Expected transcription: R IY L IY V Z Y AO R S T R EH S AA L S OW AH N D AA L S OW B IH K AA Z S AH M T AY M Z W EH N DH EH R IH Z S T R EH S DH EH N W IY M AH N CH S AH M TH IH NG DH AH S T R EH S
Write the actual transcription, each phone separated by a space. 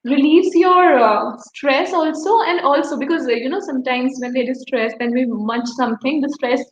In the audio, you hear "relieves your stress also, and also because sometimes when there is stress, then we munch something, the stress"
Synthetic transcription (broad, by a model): R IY L IY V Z Y AO R S T R EH S AA L S OW AH N D AA L S OW B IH K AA Z S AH M T AY M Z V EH N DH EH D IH S T R EH S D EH N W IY M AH CH S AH M T IH NG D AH S T R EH S